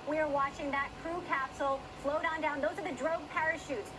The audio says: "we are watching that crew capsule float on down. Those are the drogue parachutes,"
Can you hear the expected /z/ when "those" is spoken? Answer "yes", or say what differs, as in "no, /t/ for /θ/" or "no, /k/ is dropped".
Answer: yes